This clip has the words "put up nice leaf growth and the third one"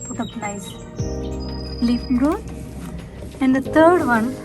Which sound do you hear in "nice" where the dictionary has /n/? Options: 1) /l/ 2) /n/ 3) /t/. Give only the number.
1